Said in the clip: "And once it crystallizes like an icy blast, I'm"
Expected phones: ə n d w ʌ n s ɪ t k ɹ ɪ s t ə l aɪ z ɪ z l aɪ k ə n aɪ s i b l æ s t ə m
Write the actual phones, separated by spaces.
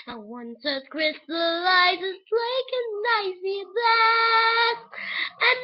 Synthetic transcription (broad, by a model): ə w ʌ n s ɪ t k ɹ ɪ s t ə l aɪ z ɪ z l aɪ k ə n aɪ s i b æ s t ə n